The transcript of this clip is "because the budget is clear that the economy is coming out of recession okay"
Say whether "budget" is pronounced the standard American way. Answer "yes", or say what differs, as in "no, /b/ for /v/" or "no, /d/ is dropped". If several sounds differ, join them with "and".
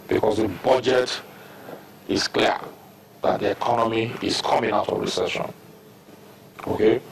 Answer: yes